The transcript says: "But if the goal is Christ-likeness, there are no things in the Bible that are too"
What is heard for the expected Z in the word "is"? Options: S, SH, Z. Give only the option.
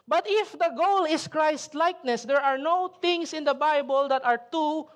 S